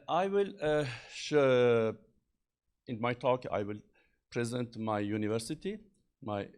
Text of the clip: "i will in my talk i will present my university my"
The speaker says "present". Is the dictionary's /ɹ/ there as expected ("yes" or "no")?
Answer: yes